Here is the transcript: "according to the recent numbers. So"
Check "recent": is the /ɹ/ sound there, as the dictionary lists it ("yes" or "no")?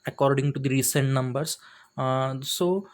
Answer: yes